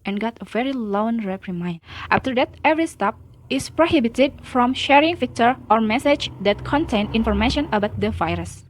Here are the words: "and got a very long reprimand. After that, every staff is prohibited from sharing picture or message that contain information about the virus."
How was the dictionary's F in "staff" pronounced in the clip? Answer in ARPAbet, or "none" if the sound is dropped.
P